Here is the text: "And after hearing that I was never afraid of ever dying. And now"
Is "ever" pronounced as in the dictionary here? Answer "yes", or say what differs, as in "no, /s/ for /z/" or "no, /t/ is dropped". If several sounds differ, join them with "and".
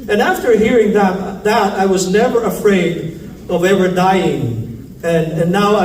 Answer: no, /w/ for /v/